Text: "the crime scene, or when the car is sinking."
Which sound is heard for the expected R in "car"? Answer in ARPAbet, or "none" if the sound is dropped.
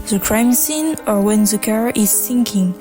R